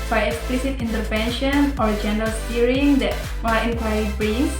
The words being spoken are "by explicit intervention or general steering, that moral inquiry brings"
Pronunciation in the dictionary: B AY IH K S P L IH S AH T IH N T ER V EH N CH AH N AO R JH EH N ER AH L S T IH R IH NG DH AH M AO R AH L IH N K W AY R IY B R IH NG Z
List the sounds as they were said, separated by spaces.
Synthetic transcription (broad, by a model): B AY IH K S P L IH S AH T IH N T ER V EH N SH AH N AO R JH EH N ER AH L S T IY R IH NG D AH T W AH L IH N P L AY IY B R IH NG